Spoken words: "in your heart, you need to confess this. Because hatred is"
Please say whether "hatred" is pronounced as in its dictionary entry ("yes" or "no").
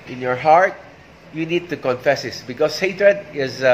yes